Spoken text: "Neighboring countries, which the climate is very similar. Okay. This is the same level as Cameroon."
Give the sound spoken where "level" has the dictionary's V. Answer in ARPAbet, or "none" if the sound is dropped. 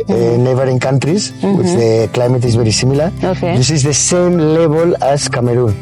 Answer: B